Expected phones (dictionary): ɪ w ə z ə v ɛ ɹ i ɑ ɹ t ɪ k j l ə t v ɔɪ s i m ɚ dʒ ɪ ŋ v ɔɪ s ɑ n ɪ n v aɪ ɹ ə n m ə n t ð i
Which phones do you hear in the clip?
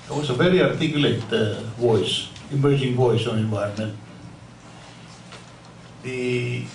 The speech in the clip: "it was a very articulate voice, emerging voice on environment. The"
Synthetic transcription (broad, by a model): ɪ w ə s ə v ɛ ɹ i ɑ ɹ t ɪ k l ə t v ɔɪ s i m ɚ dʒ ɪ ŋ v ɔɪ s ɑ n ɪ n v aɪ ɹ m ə n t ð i